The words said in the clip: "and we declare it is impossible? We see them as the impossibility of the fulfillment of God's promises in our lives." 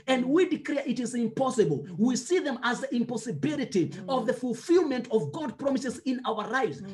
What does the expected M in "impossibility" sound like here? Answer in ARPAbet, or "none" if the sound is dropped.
M